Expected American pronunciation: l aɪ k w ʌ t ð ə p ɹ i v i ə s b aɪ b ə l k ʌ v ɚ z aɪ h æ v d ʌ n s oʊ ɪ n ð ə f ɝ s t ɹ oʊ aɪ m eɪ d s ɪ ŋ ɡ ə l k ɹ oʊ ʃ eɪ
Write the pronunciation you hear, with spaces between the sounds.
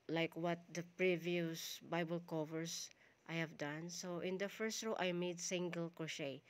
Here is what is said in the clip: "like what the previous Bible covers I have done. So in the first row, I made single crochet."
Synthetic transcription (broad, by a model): l aɪ k w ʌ t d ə p ɹ i v i ə s b aɪ b ə l k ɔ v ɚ s aɪ h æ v d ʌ n s oʊ ɪ n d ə f ɝ s t ɹ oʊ aɪ m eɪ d s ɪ ŋ ɡ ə l k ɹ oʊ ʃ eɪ